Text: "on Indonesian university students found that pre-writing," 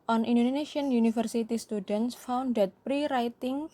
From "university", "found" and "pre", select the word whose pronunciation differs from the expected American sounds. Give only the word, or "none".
university